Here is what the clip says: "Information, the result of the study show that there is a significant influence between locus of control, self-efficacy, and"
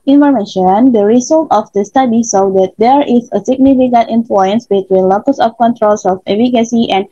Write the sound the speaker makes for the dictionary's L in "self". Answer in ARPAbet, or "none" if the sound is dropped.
none